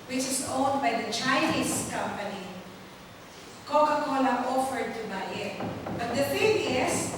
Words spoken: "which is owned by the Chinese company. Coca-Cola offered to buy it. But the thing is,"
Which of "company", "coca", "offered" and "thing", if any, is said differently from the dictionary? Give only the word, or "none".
thing